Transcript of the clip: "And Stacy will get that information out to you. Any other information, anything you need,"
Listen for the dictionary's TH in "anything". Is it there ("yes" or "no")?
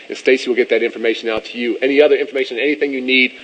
yes